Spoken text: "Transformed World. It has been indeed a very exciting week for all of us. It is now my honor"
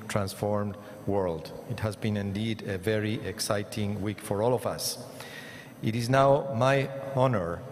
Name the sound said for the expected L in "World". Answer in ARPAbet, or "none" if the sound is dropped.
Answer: L